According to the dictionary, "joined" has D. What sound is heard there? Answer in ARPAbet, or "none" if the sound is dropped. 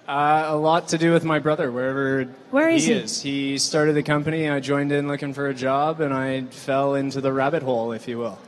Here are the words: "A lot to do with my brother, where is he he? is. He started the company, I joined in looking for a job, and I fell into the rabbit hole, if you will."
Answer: D